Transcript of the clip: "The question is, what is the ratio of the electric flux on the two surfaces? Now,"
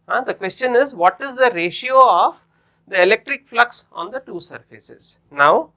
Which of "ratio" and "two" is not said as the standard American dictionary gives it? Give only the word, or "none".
none